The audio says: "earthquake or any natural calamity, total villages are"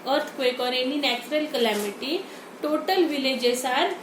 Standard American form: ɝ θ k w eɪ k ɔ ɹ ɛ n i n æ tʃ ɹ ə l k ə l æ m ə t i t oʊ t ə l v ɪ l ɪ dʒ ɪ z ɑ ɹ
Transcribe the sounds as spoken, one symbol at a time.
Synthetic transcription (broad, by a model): ɝ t k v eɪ k ɔ ɹ ɛ n i n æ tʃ ɹ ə l k ə l æ m ə t i t oʊ t ə l v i l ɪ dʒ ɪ s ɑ ɹ